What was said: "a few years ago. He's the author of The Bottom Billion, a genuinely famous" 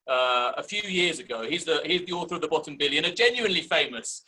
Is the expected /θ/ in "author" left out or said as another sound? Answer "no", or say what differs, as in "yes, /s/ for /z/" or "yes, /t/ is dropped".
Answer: no